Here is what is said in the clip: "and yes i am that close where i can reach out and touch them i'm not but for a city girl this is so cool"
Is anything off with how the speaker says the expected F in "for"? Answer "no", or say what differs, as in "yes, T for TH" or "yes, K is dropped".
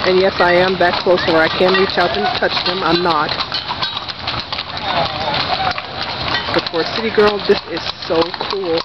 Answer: yes, P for F